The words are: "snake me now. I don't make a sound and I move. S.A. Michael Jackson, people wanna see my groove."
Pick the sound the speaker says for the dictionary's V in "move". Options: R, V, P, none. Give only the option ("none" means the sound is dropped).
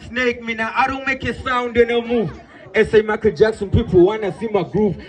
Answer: none